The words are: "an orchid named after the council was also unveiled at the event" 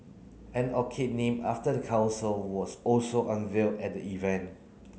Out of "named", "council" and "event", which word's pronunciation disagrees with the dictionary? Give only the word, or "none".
named